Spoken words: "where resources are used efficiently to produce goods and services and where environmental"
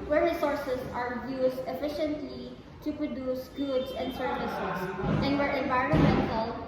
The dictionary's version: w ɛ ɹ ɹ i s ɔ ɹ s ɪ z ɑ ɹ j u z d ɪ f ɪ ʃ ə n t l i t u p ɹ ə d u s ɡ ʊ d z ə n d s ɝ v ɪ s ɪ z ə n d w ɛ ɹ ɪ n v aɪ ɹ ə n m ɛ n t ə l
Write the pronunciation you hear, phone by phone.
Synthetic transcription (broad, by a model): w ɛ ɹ ɹ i s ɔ ɹ s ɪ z ɑ ɹ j u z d ɪ f ɪ ʃ ə n t l i t u p ɹ ə d u s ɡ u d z ə n d s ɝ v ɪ s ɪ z ə n d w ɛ ɹ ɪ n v aɪ ɹ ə n m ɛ n t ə l